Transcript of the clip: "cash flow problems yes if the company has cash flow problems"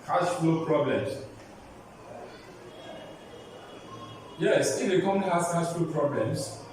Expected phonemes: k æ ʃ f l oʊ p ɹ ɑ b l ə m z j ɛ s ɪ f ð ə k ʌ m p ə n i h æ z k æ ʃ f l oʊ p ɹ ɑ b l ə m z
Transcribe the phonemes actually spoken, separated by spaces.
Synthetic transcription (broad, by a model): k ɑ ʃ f oʊ p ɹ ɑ b l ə m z j ɛ s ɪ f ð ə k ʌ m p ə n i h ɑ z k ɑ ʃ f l p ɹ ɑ b l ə m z